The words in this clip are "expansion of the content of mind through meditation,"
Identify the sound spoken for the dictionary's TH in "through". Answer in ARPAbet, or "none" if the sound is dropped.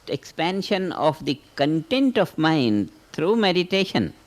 T